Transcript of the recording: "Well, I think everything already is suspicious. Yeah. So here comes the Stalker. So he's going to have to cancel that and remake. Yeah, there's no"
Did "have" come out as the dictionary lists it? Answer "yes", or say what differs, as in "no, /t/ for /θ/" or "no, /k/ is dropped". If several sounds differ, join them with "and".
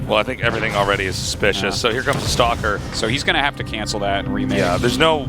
no, /f/ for /v/